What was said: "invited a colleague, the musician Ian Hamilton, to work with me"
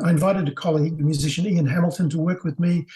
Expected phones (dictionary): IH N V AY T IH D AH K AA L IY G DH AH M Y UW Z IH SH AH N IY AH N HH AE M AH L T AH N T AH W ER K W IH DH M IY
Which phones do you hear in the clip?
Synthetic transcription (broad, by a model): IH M V AY T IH D AH K AA L IY G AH M Y UW Z IH SH AH N IY AH N HH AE M L T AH N T AH W ER K W IH DH M IY